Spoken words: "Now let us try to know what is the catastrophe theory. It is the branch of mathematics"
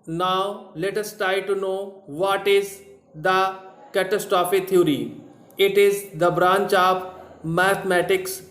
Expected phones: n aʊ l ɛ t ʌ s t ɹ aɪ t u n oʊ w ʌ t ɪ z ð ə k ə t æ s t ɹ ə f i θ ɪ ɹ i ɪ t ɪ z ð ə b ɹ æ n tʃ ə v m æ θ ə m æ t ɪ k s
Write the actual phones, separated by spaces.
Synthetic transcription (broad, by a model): n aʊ l ɛ t ʌ s t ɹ aɪ t u n oʊ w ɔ t ɪ z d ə k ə t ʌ s t ɹ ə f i t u ɹ i ɪ t ɪ z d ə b ɹ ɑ n tʃ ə p m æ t m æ t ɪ k s